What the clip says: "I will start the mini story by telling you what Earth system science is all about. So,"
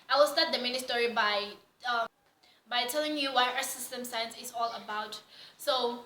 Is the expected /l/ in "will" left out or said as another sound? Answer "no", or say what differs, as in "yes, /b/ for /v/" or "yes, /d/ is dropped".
no